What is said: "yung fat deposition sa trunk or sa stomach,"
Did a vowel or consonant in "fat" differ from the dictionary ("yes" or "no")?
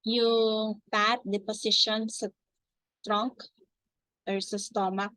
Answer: yes